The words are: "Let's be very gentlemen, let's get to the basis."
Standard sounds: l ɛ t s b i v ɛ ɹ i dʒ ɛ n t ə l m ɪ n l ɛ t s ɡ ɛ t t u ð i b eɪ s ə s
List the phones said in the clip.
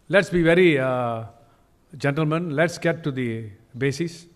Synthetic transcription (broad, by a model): l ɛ t s b i v ɛ ɹ i dʒ ɛ n t ə l m ɪ n l ɛ t s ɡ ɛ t t u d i b eɪ s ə s